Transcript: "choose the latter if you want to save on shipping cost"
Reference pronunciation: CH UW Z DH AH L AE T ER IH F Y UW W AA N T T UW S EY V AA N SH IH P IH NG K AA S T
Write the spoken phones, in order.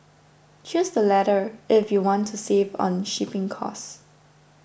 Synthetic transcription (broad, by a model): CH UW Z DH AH L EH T ER IH F Y UW W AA N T T UW S EY V AA N SH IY P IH NG K AA S